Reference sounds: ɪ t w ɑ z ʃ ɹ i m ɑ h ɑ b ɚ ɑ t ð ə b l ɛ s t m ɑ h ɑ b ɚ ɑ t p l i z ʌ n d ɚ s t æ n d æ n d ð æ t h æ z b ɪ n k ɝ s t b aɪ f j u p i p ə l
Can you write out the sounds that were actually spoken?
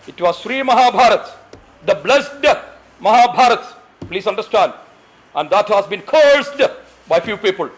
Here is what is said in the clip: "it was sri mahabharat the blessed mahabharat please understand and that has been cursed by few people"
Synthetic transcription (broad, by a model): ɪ t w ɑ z ʃ ɹ i m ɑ h ɑ b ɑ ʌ t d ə b l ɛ s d m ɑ h ɑ b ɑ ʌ t p l i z ʌ n d ɚ s t æ n d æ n d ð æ t h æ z b ɪ n k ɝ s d b aɪ f j u p i p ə l